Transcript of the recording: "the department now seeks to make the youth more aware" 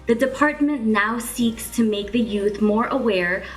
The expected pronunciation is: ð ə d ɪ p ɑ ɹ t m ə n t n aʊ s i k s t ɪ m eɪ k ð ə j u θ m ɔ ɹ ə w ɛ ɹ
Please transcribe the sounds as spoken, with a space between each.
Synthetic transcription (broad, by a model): ð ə d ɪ p ɑ ɹ t m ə n n aʊ s i k s t ɪ m eɪ k ð ə j u θ m ɔ ɹ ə w ɛ ɹ